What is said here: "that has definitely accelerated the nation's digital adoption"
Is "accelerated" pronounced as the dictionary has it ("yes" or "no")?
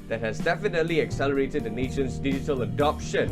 yes